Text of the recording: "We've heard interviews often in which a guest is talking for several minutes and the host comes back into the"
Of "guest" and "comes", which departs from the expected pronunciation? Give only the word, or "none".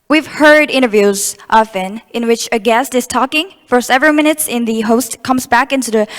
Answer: none